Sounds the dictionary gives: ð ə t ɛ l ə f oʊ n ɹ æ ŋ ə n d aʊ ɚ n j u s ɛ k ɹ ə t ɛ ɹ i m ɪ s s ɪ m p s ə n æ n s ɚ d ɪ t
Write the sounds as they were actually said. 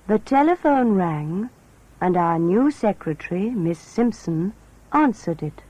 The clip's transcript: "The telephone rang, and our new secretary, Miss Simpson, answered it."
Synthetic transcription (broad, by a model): ð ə t ɛ l ə f oʊ n ɹ æ ŋ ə n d aʊ ɚ n j u s ɛ k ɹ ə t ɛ ɹ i m ɪ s s ɪ m p s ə n æ n s ɚ d ɪ t